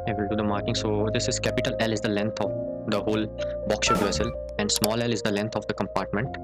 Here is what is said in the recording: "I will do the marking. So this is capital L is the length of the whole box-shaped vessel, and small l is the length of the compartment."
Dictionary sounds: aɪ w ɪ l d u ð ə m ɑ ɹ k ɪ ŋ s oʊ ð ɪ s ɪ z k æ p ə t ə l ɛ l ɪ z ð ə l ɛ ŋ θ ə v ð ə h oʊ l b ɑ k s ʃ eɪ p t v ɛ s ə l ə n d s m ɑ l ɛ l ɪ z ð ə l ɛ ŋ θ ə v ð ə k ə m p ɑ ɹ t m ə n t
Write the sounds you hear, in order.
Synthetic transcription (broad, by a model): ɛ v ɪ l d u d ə m ɑ ɹ k ɪ ŋ s oʊ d ɪ s ɪ z k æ p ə t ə l ɛ l ɪ z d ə l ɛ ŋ t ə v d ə h oʊ l b ɑ k s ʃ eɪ t v ɛ s ə l ə n d s m ɑ l ɛ l ɪ z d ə l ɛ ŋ t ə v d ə k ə m p ɑ ɹ t m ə n t